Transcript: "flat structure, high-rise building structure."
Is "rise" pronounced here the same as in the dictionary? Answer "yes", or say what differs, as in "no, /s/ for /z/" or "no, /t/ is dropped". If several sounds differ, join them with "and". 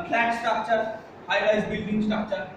no, /l/ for /ɹ/